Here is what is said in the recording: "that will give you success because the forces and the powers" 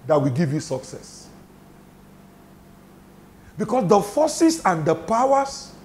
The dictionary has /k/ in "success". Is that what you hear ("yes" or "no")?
yes